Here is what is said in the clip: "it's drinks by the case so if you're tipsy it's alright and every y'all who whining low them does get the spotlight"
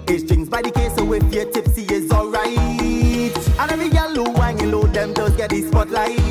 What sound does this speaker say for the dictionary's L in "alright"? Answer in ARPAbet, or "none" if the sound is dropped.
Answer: L